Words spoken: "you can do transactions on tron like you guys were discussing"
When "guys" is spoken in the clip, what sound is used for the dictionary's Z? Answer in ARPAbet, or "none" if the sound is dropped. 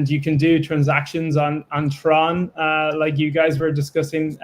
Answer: Z